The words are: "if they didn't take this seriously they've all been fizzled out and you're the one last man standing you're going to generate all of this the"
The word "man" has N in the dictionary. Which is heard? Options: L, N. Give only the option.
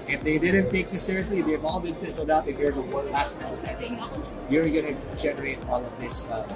L